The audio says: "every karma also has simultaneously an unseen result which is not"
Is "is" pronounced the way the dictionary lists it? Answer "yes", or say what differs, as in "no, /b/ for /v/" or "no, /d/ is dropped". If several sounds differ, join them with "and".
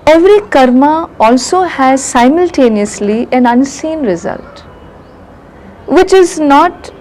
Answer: yes